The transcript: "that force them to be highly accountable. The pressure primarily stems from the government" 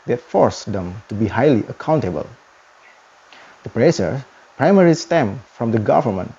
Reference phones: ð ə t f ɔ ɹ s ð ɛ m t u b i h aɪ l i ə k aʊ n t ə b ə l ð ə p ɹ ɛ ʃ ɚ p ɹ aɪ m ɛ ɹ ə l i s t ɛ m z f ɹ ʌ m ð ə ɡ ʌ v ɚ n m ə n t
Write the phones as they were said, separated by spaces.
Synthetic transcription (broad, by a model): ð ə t f ɔ ɹ s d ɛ m t u b i h aɪ l i ə k aʊ n t ə b ə l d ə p ɹ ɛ s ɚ p ɹ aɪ m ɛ ɹ i s t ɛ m f ɹ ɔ m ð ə ɡ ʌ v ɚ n m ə n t